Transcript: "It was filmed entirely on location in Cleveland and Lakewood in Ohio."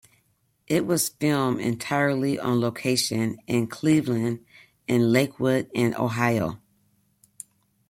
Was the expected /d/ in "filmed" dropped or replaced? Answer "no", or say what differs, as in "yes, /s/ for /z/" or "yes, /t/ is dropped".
yes, /d/ is dropped